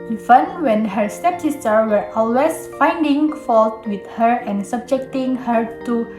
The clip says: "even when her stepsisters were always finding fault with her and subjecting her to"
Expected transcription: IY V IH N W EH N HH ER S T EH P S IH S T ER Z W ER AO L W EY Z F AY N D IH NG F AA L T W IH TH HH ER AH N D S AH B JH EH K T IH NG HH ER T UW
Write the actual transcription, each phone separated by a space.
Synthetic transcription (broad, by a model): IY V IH N W EH N HH ER S T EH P S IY S T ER W ER AO L W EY S F AY N D IH NG F AA L T W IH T HH ER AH N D S AH B JH EH K T IH NG HH ER T UW